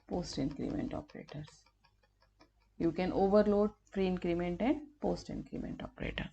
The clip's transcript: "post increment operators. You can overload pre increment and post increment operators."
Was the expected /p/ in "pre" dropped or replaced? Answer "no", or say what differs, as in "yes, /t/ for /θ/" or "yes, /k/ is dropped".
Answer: yes, /f/ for /p/